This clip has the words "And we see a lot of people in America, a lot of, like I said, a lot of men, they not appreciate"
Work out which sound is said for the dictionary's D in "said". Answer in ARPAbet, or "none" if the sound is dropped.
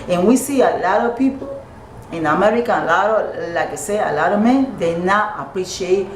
none